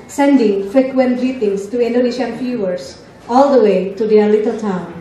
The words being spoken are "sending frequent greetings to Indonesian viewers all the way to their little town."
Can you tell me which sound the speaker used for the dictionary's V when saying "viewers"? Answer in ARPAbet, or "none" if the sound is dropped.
F